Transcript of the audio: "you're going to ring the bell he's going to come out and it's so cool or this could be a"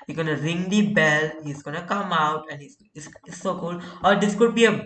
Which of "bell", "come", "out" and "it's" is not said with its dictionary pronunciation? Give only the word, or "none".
it's